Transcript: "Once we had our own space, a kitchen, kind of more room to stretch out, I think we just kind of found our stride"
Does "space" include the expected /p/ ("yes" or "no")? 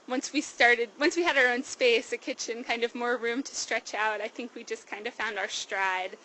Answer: yes